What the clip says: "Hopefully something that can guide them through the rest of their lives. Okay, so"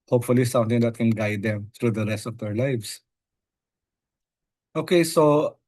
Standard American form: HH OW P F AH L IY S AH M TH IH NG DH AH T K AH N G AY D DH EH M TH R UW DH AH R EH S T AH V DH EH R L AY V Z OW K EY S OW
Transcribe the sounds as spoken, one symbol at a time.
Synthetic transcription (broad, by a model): HH OW P F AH L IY S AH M T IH NG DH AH T K AH N G AY D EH M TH R UW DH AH R EH S T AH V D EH R L AY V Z OW K EY S OW